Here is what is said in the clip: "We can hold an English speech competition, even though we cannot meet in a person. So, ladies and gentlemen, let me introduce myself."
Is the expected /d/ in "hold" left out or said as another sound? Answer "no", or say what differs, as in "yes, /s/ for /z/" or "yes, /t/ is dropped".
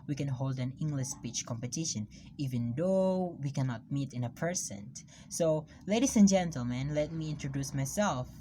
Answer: no